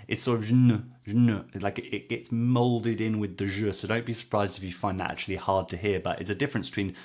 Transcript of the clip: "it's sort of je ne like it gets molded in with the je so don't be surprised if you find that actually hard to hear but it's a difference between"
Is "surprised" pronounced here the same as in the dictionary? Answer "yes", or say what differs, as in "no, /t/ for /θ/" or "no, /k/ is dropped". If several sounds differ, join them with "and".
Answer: yes